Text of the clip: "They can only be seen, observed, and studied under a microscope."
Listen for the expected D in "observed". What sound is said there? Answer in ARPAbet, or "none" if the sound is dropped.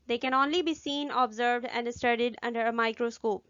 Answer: D